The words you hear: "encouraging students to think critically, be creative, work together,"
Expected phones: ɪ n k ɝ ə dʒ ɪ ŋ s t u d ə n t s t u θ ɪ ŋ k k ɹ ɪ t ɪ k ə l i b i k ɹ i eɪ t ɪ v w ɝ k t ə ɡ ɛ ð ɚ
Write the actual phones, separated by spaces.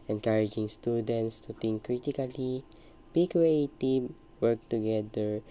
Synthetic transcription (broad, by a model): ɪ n k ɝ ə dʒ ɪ ŋ s t u d ə n t s t u t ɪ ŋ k k ɹ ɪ t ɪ k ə l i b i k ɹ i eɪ t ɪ w ɝ k t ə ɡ ɛ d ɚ